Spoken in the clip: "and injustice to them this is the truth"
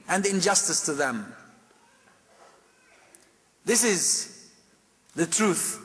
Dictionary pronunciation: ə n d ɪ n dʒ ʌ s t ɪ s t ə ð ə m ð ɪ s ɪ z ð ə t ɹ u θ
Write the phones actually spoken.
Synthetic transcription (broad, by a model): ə n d ɪ n dʒ ʌ s t ɪ s t ə ð ə m ð ɪ s ɪ z ð ə t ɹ u θ